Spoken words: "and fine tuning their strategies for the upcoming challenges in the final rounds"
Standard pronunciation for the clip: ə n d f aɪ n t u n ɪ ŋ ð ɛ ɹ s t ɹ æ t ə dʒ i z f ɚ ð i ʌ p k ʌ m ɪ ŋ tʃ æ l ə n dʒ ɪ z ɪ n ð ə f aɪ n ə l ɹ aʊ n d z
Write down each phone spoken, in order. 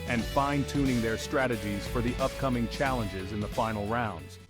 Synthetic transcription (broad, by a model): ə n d f aɪ n t u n ɪ ŋ ð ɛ ɹ s t ɹ æ t ə dʒ i z f ɚ ð i ʌ p k ʌ m ɪ ŋ tʃ æ l ə n dʒ ɪ z ɪ n ð ə f aɪ n l ɹ aʊ n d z